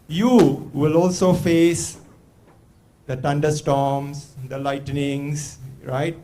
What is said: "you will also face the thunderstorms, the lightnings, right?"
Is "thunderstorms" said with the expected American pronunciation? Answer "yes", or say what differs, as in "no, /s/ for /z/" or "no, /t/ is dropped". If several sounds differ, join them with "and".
no, /t/ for /θ/